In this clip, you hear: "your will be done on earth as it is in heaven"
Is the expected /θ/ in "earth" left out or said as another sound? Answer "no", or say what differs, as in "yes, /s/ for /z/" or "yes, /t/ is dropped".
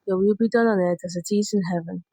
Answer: yes, /t/ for /θ/